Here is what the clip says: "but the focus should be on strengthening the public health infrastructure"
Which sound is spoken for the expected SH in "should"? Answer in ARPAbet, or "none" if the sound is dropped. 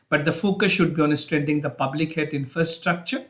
SH